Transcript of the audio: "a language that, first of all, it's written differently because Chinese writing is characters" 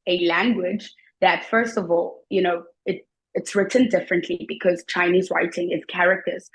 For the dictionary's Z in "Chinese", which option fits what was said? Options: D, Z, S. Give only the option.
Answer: Z